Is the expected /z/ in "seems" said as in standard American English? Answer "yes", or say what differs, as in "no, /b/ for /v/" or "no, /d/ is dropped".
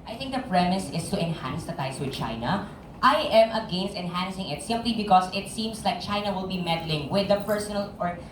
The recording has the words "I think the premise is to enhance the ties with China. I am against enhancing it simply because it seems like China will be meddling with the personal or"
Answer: no, /s/ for /z/